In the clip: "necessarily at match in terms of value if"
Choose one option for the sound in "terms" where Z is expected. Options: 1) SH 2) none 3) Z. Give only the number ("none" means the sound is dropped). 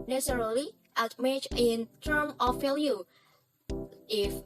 2